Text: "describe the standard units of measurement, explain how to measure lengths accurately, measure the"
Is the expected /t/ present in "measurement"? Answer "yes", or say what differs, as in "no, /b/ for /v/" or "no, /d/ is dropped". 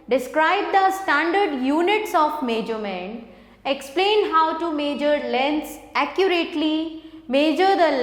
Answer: no, /t/ is dropped